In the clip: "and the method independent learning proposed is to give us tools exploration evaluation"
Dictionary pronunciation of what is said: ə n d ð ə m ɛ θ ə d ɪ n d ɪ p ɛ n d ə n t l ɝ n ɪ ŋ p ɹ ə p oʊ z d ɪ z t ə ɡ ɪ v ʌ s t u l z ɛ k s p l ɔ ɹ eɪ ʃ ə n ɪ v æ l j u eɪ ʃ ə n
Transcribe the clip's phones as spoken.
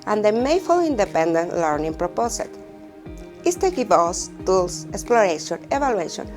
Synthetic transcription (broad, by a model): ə n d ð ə m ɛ f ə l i n d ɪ p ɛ n d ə n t l ɝ n ɪ ŋ p ɹ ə p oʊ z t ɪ s t ə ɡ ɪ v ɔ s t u l s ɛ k s p l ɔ ɹ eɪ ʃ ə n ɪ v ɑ l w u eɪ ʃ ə n